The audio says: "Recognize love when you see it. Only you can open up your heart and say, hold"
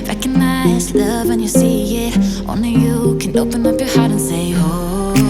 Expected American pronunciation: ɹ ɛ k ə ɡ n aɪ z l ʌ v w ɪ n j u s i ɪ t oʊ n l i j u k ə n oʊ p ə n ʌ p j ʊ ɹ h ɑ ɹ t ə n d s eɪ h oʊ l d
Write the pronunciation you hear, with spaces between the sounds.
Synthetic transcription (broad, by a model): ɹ ɛ k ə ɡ n aɪ z l ʌ v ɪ n j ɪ s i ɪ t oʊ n i j u k ə n oʊ p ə n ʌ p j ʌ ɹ h ɑ ɹ t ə n s eɪ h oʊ